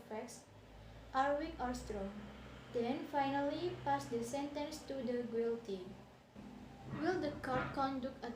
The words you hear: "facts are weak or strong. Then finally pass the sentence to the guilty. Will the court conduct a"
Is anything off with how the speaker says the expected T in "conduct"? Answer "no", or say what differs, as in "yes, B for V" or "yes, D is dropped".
yes, T is dropped